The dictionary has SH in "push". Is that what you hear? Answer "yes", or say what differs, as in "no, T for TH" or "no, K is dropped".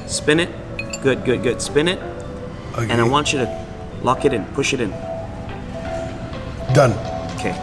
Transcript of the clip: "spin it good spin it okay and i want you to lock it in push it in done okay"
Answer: yes